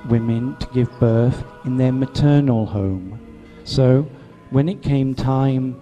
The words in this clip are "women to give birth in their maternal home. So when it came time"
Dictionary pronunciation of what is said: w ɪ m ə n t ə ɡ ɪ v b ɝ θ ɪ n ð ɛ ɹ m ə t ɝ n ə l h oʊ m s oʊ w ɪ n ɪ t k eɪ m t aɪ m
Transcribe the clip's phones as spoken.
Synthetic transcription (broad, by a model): w ɪ m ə n t ə ɡ ɪ v b ɝ θ ɪ n ð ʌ ɹ m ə t ɝ n l h oʊ m s oʊ w ɪ n ɪ t k eɪ m t aɪ m